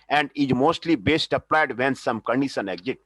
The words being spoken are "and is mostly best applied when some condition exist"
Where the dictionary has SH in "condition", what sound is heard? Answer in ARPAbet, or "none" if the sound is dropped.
S